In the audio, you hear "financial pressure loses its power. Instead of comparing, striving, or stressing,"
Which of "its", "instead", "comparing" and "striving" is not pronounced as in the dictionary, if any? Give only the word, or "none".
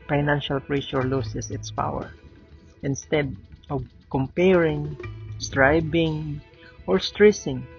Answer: striving